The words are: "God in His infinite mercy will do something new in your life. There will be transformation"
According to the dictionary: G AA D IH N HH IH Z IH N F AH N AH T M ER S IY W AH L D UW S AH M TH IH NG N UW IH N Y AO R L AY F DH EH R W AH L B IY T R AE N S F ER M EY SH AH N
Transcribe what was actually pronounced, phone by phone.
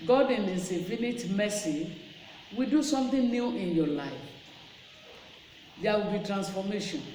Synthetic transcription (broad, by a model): G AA D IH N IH S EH F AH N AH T M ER S IY W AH D UW S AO M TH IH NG N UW IH N Y AO L AY F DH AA W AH B IY T R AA N S F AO M EY SH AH N